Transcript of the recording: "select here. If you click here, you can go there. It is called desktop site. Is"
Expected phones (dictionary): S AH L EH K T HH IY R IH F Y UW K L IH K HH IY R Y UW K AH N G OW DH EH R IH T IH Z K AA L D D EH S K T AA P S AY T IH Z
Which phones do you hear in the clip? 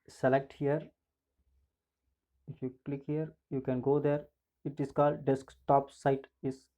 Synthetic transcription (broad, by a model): S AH L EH K T HH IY R IH F Y UW K L IH K HH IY R Y UW K AH N G OW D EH R IH T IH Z K AA L D D EH S K T AA P S AY T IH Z